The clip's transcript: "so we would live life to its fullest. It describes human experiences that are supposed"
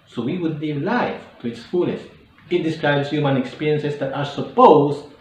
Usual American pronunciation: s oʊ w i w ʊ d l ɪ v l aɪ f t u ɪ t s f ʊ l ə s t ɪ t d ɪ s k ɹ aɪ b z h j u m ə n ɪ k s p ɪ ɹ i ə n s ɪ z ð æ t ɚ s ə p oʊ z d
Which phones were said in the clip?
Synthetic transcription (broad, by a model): s oʊ w i w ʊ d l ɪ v l aɪ f t u ɪ t s f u l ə s ɪ t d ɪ s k ɹ aɪ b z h j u m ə n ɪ k s p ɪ ɹ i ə n s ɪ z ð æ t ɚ s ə p oʊ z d